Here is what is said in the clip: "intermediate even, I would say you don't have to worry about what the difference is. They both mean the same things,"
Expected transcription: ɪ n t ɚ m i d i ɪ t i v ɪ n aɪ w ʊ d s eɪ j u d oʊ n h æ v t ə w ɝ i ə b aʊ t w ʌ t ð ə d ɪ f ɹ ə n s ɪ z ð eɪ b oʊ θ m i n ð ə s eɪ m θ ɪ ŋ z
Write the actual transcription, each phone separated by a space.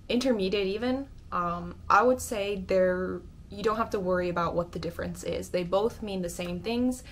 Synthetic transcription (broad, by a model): ɪ n t ɚ m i d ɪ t i v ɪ n aɪ w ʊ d s eɪ j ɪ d oʊ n h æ f t ə w ɝ i ə b aʊ t w ʌ t ð ə d ɪ f ɹ ə n s ɪ z ð eɪ b oʊ θ m i n ð ə s eɪ m θ ɪ ŋ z